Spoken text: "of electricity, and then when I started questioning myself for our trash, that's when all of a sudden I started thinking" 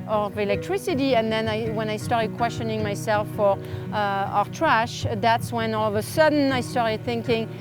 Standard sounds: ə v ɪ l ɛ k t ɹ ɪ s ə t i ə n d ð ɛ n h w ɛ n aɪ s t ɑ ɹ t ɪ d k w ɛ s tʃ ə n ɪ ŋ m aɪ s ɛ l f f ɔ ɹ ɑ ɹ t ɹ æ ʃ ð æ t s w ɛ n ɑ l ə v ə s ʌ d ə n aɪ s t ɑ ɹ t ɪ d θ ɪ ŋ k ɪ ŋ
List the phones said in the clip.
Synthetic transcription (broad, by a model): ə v ɪ l ɛ k t ɹ ɪ s ə t i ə n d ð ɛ n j w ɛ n aɪ s t ɑ ɹ t ɪ d k w ɛ s tʃ ə n ɪ ŋ m aɪ s ɛ l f f ɔ ɹ ɑ ɹ t ɹ æ ʃ ð æ t s w ɛ n ɑ l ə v ə s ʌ d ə n aɪ s t ɑ ɹ t ɪ d θ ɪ ŋ k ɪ ŋ